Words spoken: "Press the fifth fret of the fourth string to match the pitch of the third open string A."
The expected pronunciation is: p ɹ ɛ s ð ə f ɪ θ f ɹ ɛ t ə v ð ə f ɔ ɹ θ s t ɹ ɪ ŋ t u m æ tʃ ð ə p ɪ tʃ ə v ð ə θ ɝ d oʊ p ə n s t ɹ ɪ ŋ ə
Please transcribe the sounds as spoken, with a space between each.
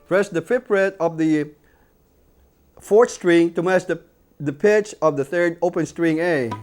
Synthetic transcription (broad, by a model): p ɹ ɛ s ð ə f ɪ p ɹ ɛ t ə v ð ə f ɔ ɹ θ s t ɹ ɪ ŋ t u m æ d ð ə p ɪ tʃ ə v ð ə θ ɝ d oʊ p ə n s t ɹ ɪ ŋ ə